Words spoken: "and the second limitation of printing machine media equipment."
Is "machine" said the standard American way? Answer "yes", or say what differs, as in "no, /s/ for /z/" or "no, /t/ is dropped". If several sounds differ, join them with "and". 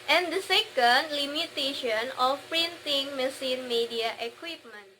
no, /s/ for /ʃ/